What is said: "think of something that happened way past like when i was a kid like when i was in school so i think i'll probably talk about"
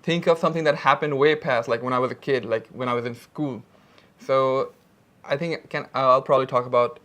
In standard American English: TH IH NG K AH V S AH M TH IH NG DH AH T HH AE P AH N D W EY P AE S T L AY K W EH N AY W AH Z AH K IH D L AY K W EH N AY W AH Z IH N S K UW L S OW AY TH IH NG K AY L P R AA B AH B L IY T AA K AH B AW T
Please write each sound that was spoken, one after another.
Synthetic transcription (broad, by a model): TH IH NG K AH V S AH M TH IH NG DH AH T HH AE P AH N D W EY P AE S T L AY K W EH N AY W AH Z AH K IH D L AY K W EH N AY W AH Z IH N S K UW L S OW AY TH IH NG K AY L P R AA B AH B L IY T AA K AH B AW T